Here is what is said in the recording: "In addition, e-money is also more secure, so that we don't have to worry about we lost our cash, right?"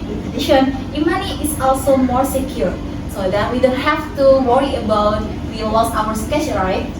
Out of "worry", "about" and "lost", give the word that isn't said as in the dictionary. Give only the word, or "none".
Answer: lost